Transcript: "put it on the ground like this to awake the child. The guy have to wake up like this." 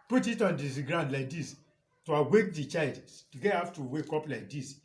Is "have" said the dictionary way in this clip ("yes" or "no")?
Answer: no